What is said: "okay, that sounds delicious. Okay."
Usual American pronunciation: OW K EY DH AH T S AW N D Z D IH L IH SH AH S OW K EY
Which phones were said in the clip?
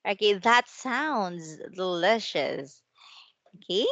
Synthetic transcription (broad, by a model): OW K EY DH AH T S AW N D Z L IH SH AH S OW K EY